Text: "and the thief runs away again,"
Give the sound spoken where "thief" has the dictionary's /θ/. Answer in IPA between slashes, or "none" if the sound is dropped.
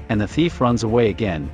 /θ/